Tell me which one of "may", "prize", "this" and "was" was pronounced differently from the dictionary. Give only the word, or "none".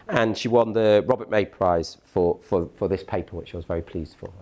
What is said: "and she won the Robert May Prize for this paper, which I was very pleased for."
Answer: none